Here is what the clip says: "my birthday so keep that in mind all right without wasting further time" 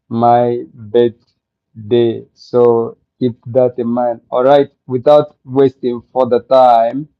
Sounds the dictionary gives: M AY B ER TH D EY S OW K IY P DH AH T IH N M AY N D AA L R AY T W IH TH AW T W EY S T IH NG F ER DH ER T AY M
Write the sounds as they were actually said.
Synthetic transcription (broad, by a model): M AY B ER T D EY S OW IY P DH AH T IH M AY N AA L R AY T W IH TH AW T W EY S T IH NG F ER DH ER T AY M